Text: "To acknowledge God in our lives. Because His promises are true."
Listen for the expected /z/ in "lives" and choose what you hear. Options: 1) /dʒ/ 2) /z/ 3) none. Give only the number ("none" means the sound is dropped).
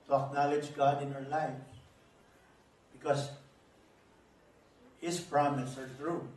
3